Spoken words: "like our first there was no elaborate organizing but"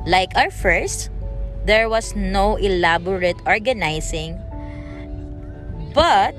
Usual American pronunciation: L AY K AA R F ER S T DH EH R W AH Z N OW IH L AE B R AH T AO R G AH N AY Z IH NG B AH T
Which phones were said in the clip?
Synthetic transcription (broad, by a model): L AY K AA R F ER S T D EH R W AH S N OW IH L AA B R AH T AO R G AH N AY S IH NG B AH T